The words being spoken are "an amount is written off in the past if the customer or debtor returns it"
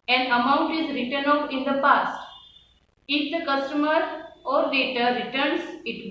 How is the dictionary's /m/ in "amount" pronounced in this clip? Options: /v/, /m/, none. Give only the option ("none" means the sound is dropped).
/m/